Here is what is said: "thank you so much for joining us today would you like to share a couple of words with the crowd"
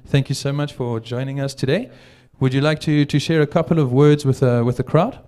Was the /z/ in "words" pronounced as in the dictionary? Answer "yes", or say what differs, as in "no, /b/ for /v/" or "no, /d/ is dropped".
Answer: yes